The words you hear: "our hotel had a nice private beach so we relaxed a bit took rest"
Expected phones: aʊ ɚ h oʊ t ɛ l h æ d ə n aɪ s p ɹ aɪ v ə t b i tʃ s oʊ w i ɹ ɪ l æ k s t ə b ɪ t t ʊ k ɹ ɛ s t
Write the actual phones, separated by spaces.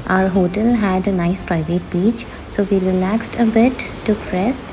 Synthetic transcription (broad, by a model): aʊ ɚ h oʊ t ɛ l h æ d ə n aɪ s p ɹ aɪ v ə t b i tʃ s oʊ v i ɹ ɪ l æ k s t ə b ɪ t t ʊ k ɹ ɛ s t